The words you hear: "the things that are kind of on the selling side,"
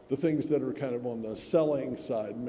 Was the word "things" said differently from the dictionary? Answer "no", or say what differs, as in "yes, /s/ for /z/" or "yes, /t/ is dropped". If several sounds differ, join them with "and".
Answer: no